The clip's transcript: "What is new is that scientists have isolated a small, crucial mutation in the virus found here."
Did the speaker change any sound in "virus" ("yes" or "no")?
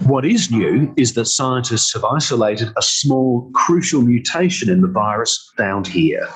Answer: no